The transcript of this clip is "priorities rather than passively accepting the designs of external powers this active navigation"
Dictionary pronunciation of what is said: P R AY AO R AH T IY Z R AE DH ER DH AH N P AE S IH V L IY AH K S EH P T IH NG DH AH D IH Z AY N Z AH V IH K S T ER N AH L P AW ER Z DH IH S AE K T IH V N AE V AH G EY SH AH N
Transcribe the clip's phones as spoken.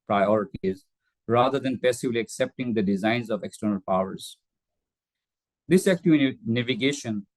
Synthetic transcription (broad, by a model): P R AY AO R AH T IY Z R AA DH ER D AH N P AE S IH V L IY AH K S EH P T IH NG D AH D IH Z AY N Z AH V IH K S T ER N AH L P AW ER Z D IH S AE K T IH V N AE V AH G EY SH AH N